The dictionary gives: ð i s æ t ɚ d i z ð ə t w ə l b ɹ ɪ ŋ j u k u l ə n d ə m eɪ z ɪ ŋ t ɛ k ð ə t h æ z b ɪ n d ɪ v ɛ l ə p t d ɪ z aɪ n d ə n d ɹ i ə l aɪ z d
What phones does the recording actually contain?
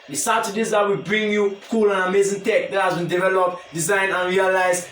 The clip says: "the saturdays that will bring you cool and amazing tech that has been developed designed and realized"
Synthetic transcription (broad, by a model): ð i s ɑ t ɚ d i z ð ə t w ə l b ɹ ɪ ŋ j u k u l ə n ə m eɪ z ɪ ŋ t ɛ k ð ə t h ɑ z b ɪ n d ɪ v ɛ l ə p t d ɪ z aɪ n ə n ɹ i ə l aɪ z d